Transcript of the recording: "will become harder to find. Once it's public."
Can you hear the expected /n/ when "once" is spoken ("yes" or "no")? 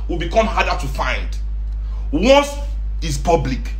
no